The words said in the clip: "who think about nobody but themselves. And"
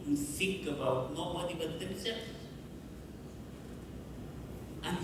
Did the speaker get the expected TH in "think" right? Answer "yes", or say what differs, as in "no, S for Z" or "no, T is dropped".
no, S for TH